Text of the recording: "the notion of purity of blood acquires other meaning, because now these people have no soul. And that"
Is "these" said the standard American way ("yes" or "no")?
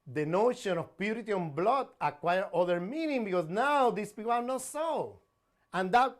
no